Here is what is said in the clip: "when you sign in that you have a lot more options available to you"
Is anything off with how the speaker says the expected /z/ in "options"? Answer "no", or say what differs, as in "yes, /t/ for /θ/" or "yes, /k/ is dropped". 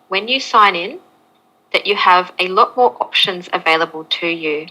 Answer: no